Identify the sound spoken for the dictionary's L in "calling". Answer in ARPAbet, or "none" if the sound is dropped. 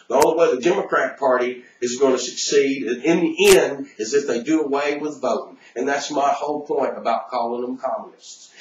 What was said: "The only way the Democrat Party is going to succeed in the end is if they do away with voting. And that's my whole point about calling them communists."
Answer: L